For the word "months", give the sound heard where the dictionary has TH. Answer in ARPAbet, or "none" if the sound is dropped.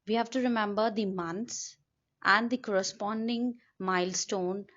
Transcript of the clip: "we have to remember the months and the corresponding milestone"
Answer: T